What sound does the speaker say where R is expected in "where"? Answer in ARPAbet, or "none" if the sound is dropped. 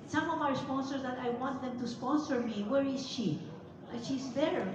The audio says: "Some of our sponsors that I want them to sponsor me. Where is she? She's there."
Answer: R